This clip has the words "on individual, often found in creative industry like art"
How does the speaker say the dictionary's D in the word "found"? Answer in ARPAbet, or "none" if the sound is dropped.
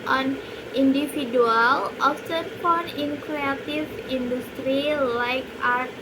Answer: none